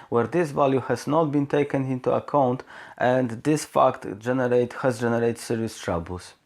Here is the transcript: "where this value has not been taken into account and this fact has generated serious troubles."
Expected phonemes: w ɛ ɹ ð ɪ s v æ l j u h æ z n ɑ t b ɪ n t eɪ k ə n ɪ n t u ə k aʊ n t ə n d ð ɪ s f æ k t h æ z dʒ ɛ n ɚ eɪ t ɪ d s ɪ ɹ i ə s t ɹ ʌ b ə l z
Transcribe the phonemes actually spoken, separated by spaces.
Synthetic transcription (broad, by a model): w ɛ ɹ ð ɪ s v æ l j u h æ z n ɑ t b ɪ n t eɪ k ə n ɪ n t u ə k aʊ n t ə n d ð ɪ s f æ k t h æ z dʒ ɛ n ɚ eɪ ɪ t s ɪ ɹ i ə s t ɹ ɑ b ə l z